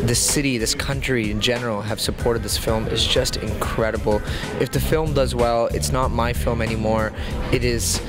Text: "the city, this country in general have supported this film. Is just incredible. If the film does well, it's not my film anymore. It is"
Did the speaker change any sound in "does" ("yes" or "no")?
no